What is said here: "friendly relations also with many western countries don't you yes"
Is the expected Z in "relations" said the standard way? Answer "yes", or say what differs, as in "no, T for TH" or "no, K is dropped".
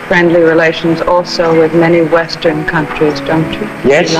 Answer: yes